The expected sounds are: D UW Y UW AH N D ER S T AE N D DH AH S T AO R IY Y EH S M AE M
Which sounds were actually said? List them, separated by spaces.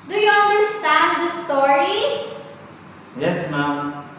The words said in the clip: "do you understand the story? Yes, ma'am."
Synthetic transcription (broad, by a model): D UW Y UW AH N D ER S T AE N D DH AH S T AO R IY Y EH S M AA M